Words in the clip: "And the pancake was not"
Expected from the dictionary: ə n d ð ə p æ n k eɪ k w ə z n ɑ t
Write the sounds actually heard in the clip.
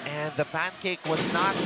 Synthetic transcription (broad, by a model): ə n ð ə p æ n k eɪ k w ə z n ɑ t